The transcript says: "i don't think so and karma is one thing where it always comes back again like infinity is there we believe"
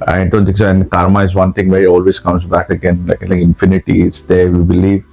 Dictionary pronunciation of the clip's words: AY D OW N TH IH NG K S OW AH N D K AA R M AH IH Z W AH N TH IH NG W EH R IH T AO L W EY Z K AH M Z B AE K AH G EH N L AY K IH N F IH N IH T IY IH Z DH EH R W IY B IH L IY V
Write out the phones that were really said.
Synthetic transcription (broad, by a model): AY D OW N T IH K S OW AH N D K AA R M AH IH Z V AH N T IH NG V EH R IH T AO L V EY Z K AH M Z B AE K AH G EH N L AY K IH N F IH N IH T IY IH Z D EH R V IY B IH L IY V